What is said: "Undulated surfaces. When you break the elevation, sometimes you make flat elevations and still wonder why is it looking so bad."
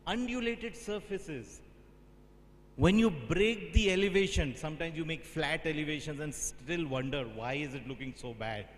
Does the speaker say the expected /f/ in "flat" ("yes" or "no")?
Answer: yes